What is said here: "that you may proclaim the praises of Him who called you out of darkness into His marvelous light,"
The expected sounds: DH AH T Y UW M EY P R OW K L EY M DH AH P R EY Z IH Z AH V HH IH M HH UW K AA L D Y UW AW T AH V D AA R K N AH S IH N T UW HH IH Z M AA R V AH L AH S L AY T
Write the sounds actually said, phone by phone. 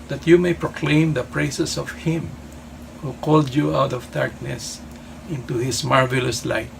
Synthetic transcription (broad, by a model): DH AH T Y UW M EY P R OW K L EY M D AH P R EY S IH S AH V HH IH M HH UW K AA L D Y UW AW T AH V D AA R K N AH S IH N T UW HH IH S M AA R V AH L AH S L AY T